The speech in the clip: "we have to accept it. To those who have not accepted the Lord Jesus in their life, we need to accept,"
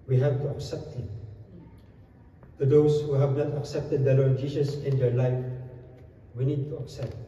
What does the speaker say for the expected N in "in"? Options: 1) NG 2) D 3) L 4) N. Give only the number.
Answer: 4